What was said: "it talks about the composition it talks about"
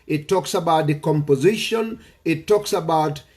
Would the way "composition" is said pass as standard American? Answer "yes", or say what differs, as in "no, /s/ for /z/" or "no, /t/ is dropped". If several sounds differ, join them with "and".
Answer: yes